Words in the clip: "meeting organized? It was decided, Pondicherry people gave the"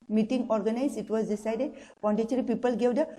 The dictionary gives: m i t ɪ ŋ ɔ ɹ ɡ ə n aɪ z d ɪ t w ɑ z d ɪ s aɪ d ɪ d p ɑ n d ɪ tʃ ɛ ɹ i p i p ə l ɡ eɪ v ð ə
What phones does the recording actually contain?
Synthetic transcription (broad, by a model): m i t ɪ ŋ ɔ ɹ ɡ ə n aɪ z ɪ t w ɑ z d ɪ s aɪ d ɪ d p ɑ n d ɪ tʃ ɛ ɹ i p i p ə l ɡ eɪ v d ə